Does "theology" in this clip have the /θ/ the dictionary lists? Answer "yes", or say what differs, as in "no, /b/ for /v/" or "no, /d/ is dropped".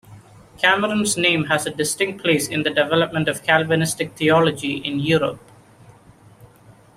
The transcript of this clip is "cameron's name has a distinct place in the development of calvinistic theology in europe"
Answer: no, /t/ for /θ/